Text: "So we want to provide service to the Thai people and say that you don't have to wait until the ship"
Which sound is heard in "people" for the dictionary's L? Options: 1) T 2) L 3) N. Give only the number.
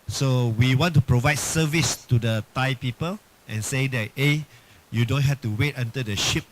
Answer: 2